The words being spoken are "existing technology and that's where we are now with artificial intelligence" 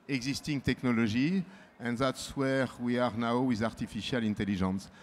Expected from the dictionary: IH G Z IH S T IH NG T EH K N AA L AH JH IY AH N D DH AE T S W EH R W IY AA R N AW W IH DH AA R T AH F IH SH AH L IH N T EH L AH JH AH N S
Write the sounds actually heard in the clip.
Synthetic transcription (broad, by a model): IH G Z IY S T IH NG T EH K N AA L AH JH IY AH N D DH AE T S W EH R W IY AA R N AW W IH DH AA R T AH F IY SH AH L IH N T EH L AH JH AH N S